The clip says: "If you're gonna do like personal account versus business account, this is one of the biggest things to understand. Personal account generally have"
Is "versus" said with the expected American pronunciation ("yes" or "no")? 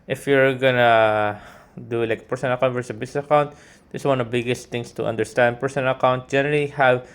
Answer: no